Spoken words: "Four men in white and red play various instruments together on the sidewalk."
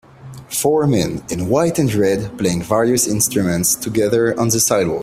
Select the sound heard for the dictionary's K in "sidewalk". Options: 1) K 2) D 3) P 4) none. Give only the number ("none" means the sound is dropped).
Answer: 4